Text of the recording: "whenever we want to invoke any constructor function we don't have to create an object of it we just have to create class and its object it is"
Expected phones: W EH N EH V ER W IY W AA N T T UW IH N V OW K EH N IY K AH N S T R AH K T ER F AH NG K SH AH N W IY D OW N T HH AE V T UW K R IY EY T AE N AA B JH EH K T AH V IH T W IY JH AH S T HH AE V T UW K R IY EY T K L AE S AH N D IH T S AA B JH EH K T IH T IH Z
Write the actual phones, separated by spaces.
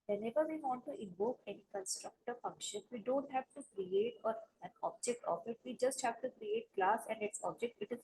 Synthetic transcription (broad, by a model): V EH N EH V ER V IY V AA N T T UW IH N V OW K EH N IY K AH N S T R AH K T ER F AH NG K SH AH N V IY D OW N T HH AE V T UW K R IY EY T AE N AA B JH EH K T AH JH IH T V IY JH AH S T HH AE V T UW K R IY EY T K L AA S AH N D IH T S AA B JH EH K T IH T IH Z